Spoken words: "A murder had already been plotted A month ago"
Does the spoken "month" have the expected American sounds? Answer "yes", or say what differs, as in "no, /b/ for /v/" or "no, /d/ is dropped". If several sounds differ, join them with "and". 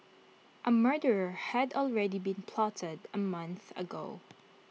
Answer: yes